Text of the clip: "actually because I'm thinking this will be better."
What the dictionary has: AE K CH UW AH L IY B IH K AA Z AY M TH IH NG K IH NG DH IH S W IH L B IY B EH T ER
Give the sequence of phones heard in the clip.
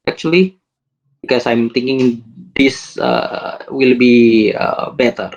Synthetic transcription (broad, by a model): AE K CH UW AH L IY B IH K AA S AY M T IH NG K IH NG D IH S W IH L B IY B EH T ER